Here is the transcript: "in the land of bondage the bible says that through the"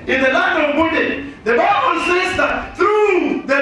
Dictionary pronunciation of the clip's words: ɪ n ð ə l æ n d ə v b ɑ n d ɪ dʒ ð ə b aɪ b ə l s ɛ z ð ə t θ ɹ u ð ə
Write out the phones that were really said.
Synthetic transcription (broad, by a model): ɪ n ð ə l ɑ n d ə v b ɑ d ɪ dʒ ð ə b aɪ b ə l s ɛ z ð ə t θ ɹ u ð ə